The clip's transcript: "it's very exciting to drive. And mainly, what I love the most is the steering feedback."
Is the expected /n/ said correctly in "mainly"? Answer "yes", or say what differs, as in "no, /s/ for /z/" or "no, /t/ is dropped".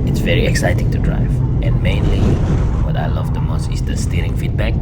yes